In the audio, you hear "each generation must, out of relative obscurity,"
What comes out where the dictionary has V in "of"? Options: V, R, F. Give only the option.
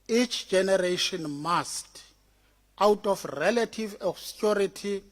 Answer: F